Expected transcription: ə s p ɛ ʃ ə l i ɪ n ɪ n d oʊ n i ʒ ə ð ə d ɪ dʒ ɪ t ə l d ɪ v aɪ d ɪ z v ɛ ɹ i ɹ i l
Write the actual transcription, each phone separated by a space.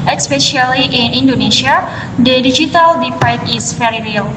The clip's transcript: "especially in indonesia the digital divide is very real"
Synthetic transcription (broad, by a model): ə s p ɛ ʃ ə l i ɪ n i n d oʊ n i ʃ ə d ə d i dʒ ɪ t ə l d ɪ p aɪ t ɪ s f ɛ ɹ i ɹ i l